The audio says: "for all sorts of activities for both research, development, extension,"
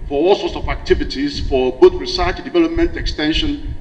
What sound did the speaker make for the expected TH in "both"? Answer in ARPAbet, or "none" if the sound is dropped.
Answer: T